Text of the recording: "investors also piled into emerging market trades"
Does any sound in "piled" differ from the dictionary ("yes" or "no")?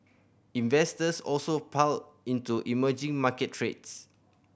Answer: yes